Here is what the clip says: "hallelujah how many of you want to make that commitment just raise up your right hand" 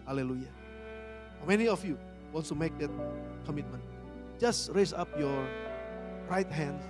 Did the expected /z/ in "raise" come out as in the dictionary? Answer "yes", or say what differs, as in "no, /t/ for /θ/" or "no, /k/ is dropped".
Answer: no, /s/ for /z/